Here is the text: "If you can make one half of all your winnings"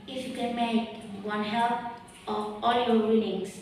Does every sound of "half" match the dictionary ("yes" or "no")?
no